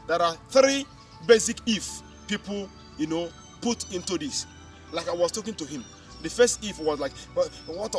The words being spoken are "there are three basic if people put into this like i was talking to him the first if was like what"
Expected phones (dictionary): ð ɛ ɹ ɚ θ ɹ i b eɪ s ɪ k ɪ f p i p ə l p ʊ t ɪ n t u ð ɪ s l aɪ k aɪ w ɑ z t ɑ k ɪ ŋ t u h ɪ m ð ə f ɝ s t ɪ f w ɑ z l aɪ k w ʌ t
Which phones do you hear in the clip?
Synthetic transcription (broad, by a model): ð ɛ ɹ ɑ θ ɹ i b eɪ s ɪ k ɪ f p i p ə n p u t ɪ n t u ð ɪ s l aɪ k aɪ w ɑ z t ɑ k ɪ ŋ t u h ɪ m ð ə f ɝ s t ɪ f w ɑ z l aɪ k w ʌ t